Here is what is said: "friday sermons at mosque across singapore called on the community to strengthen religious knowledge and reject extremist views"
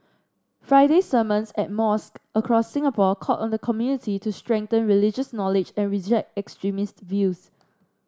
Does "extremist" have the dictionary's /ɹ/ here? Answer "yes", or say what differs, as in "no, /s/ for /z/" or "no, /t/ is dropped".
yes